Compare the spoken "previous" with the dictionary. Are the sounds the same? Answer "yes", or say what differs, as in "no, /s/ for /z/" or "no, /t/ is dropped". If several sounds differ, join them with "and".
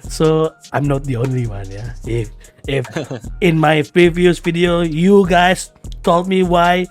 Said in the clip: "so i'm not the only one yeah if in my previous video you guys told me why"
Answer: yes